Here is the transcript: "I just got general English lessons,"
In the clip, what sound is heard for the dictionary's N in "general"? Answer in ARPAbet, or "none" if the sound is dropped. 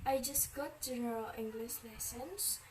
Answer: none